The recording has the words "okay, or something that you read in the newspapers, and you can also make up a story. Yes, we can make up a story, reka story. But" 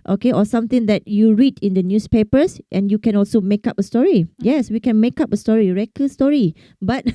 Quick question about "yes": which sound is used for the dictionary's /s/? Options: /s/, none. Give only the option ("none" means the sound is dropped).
/s/